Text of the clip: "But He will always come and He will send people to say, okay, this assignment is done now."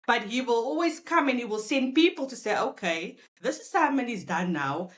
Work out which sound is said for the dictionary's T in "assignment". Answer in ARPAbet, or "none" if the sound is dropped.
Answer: none